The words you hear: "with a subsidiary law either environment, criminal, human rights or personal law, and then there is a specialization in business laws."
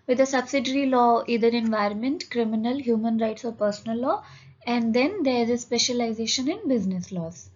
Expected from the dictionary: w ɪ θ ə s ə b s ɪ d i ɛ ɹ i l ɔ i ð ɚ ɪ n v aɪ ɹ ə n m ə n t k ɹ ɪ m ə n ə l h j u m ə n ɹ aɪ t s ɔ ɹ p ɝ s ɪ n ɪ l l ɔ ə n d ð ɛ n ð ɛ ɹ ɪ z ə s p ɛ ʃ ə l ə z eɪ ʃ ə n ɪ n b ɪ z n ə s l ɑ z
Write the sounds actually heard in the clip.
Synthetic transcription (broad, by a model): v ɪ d ə s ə b s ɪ d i ɹ i l ɔ i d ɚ ɪ n v aɪ ɹ ə n m ə n t k ɹ ɪ m ə n ə l h j u m ə n ɹ aɪ t s ɔ ɹ p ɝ s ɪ n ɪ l l ɔ ə n d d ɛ n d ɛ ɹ ɪ z ə s p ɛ ʃ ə l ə z eɪ ʃ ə n ɪ n b ɪ z n ə s l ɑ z